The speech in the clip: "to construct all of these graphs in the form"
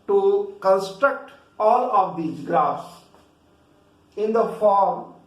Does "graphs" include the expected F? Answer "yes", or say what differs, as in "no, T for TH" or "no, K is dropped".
no, F is dropped